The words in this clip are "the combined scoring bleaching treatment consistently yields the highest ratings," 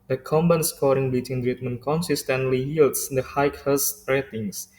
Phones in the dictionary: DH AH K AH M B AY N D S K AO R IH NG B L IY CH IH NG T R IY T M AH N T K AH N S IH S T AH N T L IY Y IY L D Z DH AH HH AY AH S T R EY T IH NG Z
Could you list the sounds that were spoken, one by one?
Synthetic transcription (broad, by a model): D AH K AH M B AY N S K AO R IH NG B IY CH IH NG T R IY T M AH N K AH N S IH S T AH N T L IY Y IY L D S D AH HH AY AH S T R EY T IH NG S